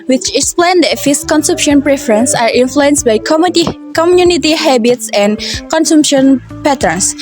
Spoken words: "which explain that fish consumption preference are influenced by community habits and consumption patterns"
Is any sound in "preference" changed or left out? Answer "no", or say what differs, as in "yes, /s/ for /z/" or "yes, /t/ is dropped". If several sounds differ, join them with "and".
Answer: no